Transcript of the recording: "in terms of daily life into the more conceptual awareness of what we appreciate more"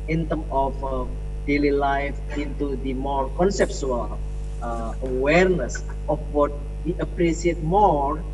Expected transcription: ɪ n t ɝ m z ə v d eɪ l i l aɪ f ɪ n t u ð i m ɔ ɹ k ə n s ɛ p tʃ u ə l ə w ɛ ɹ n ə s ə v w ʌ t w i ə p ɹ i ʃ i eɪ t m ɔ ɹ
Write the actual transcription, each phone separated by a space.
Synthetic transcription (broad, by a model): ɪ n t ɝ m ə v d eɪ l i l aɪ f ɪ n t u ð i m ɔ ɹ k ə n s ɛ p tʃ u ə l ə w ɛ ɹ n ə s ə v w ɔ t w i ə p ɹ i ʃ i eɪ t m ɔ ɹ